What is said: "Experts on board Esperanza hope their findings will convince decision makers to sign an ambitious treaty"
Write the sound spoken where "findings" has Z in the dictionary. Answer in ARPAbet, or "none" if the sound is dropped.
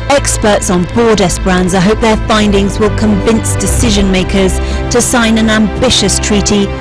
Z